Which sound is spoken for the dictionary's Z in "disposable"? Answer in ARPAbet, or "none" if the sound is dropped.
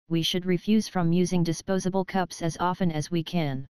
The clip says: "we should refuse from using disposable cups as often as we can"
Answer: Z